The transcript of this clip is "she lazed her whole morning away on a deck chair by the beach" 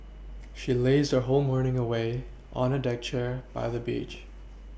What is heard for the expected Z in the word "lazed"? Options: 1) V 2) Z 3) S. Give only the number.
2